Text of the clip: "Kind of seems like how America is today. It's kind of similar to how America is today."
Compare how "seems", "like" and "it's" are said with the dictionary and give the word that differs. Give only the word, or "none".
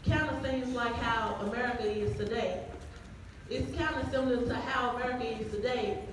seems